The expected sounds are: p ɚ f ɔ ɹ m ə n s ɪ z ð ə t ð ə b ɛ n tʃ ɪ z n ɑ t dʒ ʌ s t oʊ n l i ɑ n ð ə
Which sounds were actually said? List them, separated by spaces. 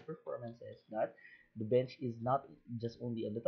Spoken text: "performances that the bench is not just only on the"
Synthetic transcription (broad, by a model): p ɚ f ɔ ɹ m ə n s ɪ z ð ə t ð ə b ɛ n tʃ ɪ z n ɑ t dʒ ʌ s t oʊ n l i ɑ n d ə